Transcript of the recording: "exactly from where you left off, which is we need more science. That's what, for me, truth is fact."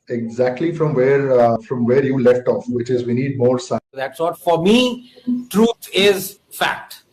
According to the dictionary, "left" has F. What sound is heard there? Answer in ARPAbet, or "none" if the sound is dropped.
F